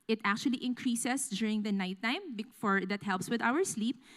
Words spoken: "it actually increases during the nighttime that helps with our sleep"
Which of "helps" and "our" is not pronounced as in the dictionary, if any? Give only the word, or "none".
none